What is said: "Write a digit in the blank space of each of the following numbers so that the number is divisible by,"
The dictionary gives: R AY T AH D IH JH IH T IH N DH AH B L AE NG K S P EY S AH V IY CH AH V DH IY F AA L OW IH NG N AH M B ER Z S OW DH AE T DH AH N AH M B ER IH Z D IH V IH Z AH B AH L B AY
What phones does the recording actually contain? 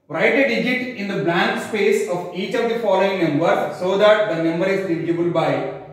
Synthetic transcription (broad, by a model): R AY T AH D IH JH IH T IH N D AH B L AE NG K S P EY S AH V IY CH AH V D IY F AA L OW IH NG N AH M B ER S OW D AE T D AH N AH M B ER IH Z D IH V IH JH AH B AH L B AY